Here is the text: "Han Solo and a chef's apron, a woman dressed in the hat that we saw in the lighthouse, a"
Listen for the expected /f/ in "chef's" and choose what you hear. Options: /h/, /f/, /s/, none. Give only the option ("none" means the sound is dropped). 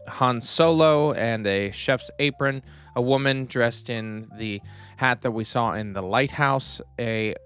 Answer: /f/